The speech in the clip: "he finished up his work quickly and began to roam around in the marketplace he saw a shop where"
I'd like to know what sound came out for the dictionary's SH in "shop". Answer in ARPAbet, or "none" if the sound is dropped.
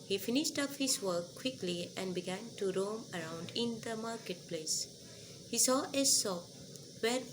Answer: S